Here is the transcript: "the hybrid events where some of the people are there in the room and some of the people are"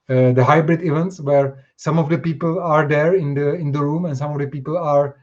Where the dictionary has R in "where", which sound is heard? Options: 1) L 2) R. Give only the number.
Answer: 2